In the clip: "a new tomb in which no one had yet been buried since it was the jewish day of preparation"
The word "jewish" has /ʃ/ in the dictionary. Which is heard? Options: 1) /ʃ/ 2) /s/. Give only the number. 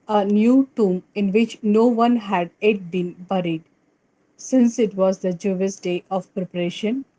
2